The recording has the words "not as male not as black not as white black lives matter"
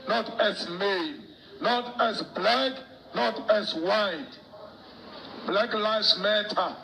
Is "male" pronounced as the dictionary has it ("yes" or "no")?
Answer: no